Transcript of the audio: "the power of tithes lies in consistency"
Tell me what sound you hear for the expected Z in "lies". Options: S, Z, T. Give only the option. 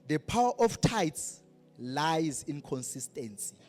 Z